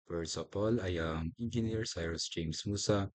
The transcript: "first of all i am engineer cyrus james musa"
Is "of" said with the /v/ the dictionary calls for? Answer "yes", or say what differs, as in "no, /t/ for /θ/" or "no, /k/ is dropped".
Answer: no, /p/ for /v/